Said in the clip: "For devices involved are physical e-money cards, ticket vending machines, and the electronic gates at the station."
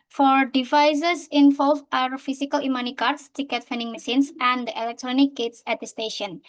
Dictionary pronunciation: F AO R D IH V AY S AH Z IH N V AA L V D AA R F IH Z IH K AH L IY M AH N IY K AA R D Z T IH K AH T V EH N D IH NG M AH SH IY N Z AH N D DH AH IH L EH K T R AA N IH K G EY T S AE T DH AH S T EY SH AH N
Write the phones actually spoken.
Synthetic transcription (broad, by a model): F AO R D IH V AY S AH S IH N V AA L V AA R F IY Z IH K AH L IY M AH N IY K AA R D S T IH K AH T F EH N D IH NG M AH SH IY N S AH N D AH IH L EH K T R AA N IH K G EY T S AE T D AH S T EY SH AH N